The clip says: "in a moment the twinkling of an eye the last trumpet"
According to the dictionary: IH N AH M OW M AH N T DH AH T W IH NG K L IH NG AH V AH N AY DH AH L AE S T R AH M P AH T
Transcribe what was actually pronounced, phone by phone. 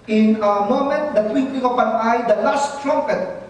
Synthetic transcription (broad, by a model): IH N AH M OW M AH N T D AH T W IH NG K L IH NG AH P AH N AY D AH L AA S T R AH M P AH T